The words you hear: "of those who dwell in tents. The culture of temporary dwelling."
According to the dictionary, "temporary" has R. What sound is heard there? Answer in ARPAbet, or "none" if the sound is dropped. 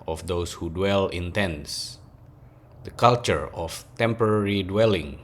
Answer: R